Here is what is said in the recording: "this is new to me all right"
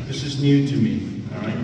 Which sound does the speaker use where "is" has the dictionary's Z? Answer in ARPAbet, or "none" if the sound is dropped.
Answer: Z